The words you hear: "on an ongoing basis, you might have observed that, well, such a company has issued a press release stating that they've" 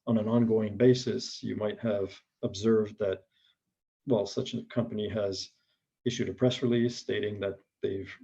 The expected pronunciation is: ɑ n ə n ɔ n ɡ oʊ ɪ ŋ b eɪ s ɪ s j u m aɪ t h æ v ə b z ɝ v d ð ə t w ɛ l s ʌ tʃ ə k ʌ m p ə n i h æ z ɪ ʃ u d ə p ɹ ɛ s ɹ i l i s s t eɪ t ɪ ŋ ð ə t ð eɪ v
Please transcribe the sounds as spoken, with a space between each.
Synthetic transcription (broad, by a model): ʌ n ə n ɔ n ɡ oʊ ɪ ŋ b eɪ s ɪ s j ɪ m aɪ t h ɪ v ə b z ɝ v d ð ə t w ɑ l s ʌ tʃ ə k ʌ m p ə n i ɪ z ɪ ʃ u d ə p ɹ ɛ s ɹ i l i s s t eɪ t ɪ ŋ ð ə t ð eɪ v